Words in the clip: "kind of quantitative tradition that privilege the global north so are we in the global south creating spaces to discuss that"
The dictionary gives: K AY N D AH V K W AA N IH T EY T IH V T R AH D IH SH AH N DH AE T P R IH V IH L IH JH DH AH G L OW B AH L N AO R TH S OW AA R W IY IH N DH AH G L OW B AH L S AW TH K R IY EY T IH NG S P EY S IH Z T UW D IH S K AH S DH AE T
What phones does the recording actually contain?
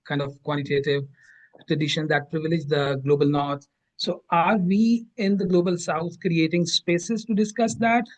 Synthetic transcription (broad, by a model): K AY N D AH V K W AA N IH T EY T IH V T R AH D IH SH AH N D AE T P R IH V IH L IH JH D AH G L OW B AH L N AO R T S OW AA R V IY IH N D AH G L OW B AH L S AW T K R IY EY T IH NG S P EY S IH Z T UW D IH S K AH S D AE T